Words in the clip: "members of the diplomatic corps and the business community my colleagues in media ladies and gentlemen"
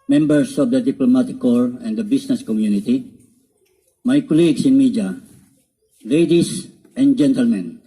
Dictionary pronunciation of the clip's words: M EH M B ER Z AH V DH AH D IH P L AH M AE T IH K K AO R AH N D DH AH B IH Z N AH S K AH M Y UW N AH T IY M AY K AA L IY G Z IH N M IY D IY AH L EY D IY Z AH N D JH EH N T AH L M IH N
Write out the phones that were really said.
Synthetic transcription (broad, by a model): M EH M B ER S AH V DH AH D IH P L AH M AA T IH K K AO R AH N D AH B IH S N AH S K AH M Y UW N AH T IY M AY K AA L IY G S IH N M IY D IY L EY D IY S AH N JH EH N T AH L M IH N